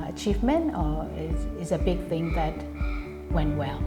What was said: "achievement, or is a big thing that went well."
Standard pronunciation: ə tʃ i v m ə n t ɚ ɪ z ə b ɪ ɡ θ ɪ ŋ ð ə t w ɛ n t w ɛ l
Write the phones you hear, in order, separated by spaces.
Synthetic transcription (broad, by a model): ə tʃ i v m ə n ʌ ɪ ɪ z ə b ɪ ɡ θ ɪ ŋ ð ə t w ɛ n t w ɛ l